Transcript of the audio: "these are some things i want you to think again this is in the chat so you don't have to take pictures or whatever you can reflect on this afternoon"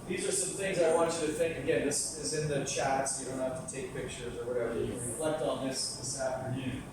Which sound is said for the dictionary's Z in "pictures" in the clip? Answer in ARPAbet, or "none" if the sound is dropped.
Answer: Z